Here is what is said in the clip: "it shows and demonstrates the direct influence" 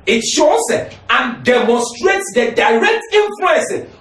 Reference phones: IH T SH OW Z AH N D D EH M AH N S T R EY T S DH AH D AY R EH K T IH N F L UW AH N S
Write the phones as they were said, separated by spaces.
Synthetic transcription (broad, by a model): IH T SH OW S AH N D D EH M AH N S T R EY T S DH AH D AY R EH K T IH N F L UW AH N S